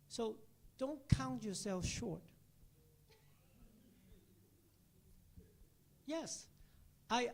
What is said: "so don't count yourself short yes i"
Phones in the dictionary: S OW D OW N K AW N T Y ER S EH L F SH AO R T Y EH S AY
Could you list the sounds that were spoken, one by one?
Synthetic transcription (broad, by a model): S OW D OW N K AW N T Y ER S EH L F SH AO R T Y EH S AY